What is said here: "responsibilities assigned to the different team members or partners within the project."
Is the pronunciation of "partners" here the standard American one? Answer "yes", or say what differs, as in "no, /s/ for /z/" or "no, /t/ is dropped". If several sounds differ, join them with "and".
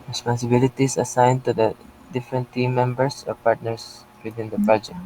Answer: no, /s/ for /z/